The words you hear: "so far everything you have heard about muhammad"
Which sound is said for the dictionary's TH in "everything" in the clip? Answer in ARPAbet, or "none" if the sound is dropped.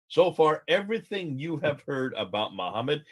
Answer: TH